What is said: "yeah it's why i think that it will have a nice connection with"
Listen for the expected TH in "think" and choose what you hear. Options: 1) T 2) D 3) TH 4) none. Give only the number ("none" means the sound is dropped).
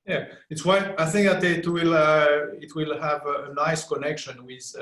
3